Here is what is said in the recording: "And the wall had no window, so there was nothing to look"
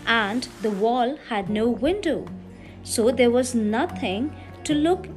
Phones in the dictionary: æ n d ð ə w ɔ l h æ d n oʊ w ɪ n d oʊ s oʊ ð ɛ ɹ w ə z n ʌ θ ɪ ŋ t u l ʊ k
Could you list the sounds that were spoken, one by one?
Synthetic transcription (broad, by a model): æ n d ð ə w ɔ l h æ d n oʊ w ɪ n d oʊ s oʊ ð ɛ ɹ w ə z n ʌ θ ɪ ŋ t u l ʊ k